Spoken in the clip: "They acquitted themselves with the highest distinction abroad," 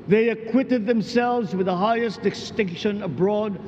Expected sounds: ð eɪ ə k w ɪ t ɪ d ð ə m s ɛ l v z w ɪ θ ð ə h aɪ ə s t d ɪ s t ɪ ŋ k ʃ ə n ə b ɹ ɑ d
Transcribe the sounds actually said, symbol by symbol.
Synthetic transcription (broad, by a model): ð eɪ ə k w ɪ t ɪ d ð ə m s ɛ l v z w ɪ ð ə h aɪ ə s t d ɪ s t ɪ ŋ k ʃ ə n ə b ɹ ɑ d